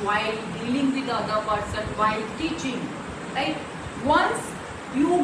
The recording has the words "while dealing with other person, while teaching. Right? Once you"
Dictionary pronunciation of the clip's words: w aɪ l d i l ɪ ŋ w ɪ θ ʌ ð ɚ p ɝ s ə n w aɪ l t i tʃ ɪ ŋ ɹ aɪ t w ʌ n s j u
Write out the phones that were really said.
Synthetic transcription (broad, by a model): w aɪ l d i l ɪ ŋ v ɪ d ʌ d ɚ p ɝ s ə n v aɪ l t i tʃ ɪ ŋ l aɪ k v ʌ n s j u